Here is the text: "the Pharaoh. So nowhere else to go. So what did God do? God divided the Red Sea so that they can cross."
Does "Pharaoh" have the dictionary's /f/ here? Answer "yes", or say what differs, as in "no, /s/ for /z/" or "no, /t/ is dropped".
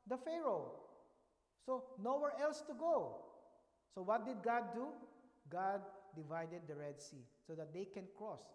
yes